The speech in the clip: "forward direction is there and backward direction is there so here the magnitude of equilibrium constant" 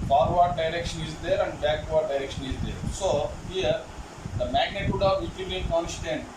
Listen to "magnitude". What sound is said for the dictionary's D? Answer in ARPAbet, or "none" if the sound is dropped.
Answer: D